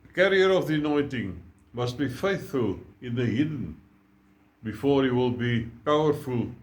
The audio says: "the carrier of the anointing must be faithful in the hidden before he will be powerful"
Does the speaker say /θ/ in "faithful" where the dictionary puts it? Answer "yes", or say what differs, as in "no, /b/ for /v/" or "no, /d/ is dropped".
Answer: yes